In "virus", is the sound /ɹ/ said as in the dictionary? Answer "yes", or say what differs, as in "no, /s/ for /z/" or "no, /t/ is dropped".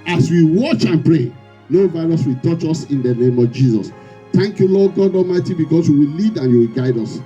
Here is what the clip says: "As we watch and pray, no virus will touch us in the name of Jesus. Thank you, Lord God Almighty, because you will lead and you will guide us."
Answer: no, /l/ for /ɹ/